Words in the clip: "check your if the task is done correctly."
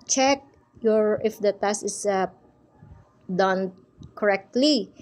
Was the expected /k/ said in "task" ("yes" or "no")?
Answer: no